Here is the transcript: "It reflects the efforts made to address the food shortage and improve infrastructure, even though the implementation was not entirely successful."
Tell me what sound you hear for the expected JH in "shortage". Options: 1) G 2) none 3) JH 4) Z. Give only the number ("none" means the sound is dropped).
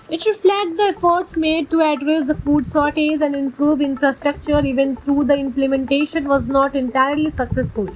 4